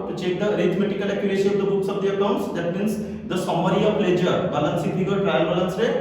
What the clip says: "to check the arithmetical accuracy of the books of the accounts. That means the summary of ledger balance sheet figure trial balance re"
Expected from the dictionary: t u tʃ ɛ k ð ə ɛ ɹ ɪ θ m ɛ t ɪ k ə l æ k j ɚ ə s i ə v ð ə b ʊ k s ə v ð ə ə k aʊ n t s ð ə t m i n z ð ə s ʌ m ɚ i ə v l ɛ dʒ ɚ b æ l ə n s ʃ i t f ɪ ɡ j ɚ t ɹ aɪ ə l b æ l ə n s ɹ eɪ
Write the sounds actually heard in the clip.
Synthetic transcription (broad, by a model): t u tʃ ɛ k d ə ɹ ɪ t m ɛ t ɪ k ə l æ k j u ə ʃ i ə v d ə b ʊ k s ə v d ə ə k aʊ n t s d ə t m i n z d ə s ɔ m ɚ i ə p l ɛ dʒ ɚ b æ l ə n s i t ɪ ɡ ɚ t ɹ aɪ ə l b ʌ l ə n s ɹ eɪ